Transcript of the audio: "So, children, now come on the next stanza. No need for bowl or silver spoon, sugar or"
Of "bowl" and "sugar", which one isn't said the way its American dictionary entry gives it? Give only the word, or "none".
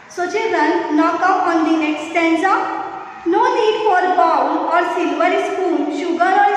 bowl